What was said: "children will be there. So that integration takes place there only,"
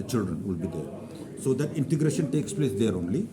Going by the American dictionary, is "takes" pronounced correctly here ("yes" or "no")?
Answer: yes